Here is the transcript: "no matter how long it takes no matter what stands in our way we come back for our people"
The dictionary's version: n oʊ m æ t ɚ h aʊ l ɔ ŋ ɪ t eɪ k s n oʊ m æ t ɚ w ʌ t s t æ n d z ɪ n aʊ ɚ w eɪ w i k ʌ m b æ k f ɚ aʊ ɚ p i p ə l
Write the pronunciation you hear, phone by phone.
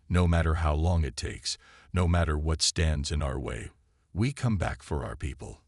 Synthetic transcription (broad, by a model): n oʊ m æ t ɚ h aʊ l ɔ ŋ ɪ t eɪ k s n oʊ m æ t ɚ w ʌ t s t æ n d z ɪ n aʊ ɚ w eɪ w i k ʌ m b æ k f ɚ aʊ ɚ p i p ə l